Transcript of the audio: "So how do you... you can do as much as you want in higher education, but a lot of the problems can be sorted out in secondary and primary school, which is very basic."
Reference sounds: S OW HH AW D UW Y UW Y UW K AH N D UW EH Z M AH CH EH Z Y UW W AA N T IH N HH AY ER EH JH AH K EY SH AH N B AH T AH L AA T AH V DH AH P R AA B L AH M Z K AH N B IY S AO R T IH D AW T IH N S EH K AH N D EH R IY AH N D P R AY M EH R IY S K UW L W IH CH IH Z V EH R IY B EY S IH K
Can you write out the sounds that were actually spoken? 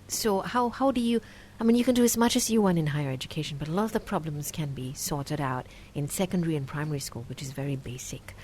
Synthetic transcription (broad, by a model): S OW HH AW D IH Y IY Y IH K AH N D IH Z M AH CH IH Z Y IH W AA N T IH N HH AY ER EH JH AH K EY SH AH N B AH T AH L AA T AH V DH AH P R AA B L AH M Z K AH N B IY S AO R T IH D AW T IH N S EH K AH N D EH R IY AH N P R AY M EH R IY S K UW L W IH CH IH Z V EH R IY B EY S IH K